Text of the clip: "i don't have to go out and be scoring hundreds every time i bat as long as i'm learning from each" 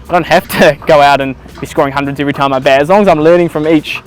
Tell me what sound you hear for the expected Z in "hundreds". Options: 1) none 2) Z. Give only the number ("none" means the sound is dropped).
2